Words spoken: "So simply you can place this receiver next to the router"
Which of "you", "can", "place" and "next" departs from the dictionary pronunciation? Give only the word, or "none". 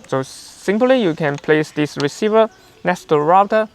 next